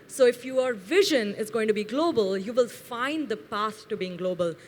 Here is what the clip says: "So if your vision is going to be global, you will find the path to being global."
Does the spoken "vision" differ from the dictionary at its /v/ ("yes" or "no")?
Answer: no